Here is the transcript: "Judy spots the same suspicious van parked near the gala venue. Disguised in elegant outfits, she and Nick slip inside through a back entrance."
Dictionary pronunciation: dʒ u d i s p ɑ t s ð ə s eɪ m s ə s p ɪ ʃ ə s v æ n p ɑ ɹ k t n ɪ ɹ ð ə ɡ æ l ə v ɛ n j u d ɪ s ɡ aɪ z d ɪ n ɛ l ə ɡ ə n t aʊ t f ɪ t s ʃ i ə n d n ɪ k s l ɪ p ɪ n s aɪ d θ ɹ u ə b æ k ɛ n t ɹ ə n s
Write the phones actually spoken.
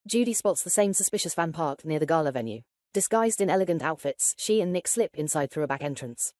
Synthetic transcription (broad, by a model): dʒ u d i s p ɑ t s ð ə s eɪ m s ə s p ɪ ʃ ə s f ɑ n p ɑ k n ɪ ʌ ð ə ɡ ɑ l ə v ɛ n j u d ɪ s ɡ aɪ z d ɪ n ɛ l ə ɡ ə n t aʊ t f ɪ t s ʃ i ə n n ɪ k s l ɪ p ɪ n s aɪ d θ ɹ u ə b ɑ k ɛ n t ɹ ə n s